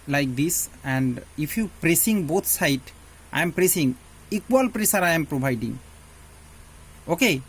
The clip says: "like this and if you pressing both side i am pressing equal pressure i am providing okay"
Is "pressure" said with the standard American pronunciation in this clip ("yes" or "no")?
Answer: no